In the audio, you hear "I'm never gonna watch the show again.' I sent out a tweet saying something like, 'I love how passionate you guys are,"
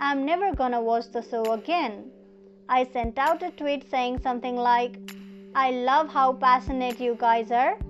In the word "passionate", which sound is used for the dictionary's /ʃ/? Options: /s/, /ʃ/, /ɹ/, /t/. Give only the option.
/s/